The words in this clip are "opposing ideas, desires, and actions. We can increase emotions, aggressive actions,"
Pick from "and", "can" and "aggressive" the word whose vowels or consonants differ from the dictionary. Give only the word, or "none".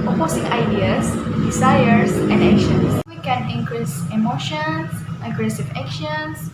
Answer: none